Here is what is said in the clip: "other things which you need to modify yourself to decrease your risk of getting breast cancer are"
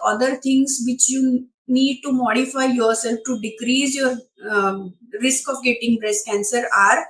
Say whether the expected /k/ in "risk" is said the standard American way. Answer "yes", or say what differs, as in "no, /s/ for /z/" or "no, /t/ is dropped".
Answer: yes